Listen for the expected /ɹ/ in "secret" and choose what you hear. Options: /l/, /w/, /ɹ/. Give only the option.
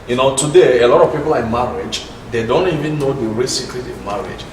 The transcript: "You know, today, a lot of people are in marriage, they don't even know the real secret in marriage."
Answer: /l/